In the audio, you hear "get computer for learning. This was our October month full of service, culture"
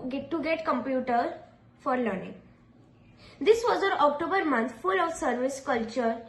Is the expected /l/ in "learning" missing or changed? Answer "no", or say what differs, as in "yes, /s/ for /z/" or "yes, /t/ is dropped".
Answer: no